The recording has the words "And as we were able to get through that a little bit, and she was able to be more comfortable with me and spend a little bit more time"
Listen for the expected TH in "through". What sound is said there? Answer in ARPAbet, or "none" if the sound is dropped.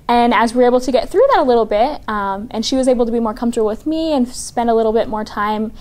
TH